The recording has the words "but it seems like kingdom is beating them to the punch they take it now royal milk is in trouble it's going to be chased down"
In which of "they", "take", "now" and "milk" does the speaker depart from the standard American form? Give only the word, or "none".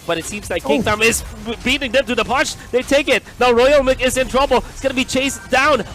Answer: milk